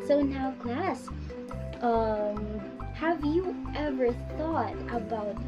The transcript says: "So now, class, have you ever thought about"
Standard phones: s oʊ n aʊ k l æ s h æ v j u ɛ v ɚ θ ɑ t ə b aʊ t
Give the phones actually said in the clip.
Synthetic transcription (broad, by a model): s oʊ n aʊ k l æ s h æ v j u ɛ v ɚ θ ɑ t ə b aʊ t